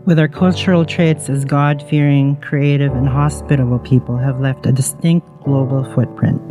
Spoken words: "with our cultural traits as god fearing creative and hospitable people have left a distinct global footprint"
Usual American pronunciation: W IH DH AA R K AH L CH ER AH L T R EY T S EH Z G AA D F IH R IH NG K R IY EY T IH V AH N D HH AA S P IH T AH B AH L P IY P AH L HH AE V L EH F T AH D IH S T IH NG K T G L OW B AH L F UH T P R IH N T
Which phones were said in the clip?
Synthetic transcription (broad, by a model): W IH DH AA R K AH L CH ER L T R EY T S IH Z G AA D F IH R IH NG K R IY EY T IH V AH N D HH AA S P IH T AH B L P IY P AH L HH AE V L EH F T AH D IH S T IH NG K T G L OW B L F UH T P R IH N T